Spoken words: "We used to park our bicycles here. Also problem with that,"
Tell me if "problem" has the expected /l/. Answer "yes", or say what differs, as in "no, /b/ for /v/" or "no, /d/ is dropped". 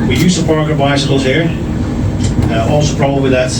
no, /l/ is dropped